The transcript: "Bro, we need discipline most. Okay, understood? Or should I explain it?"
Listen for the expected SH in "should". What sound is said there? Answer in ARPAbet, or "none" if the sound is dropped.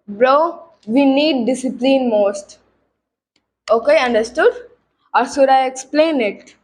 S